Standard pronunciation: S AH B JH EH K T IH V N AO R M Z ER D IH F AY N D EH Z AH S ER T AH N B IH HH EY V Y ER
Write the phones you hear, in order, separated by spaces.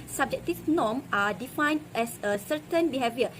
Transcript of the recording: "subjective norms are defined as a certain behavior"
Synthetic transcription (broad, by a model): S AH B JH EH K T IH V N AO M AA D IH F AY N D EH S AH S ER T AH N B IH HH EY V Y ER